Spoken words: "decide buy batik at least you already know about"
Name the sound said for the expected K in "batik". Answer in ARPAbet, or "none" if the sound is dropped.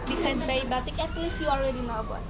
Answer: K